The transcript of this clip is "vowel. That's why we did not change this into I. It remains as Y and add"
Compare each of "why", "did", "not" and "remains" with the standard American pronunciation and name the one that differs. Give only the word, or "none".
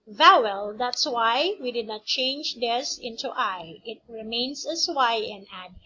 remains